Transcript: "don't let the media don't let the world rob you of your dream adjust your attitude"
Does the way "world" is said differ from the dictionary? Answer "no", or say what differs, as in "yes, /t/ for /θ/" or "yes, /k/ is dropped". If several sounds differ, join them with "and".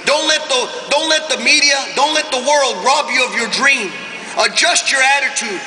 no